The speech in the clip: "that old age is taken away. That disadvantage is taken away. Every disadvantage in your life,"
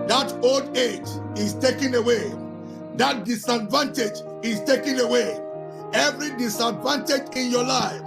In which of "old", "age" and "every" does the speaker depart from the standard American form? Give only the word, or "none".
none